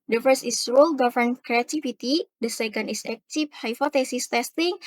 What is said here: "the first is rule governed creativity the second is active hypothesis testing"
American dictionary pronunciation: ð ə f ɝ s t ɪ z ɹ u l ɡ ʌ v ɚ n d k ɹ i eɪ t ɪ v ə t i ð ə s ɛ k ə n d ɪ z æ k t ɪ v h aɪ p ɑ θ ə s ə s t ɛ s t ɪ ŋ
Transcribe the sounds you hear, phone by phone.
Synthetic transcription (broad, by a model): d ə f ɝ s t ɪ s ɹ u l ɡ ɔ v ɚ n k ɹ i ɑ t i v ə t i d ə s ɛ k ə n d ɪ s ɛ k t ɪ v h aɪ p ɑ t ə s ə s t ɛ s t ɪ ŋ